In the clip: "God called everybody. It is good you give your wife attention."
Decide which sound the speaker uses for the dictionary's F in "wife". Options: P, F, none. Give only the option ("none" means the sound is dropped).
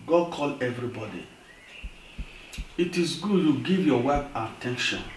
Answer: P